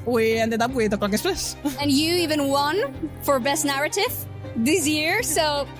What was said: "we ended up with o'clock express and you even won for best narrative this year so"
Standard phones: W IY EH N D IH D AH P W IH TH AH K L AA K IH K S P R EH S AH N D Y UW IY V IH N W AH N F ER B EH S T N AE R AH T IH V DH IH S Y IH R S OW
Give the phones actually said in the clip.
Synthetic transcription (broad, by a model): W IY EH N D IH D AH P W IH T AH K L AA K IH S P L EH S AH N Y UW IY V IH N W AH N F ER B EH S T N AE R AH T IH V DH IH S Y IH R S OW